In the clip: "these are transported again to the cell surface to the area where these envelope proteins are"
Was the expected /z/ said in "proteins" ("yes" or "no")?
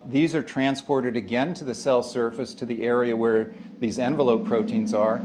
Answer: yes